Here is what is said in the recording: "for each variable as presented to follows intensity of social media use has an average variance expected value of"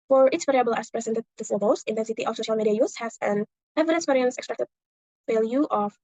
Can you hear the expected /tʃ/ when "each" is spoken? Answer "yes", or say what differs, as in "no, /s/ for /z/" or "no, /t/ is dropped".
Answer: no, /s/ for /tʃ/